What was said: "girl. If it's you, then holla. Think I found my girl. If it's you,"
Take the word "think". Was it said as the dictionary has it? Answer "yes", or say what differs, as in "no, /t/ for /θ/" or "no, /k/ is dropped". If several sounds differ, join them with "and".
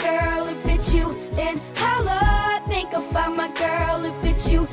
yes